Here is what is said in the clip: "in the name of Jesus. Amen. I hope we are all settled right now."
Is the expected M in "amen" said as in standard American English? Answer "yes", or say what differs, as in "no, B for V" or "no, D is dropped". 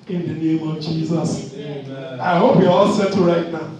no, M is dropped